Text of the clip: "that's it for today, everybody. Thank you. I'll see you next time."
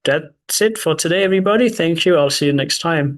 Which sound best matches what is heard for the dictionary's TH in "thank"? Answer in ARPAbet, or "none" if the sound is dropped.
TH